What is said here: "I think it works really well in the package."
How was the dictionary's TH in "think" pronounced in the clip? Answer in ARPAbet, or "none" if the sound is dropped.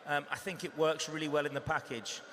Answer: TH